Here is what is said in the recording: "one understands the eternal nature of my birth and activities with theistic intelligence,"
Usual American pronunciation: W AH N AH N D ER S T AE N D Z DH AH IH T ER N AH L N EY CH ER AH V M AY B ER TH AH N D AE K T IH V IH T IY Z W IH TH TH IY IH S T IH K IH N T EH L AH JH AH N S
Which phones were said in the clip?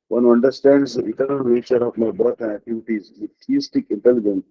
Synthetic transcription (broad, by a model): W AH N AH N D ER S T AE N D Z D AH IH T ER N AH L N EY CH ER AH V M AY B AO T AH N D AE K T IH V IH T IY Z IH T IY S T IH K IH N T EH L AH JH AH N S